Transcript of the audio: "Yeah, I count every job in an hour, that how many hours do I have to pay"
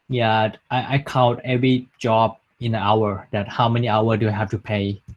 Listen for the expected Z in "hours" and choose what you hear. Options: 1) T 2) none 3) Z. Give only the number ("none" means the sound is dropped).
2